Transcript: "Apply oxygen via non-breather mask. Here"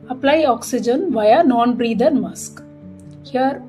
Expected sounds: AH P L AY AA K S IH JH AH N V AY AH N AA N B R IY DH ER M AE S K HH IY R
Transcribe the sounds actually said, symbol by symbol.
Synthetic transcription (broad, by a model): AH P L AY AA K S IH JH AH N V AY AH N AA N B R IY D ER M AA S K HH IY R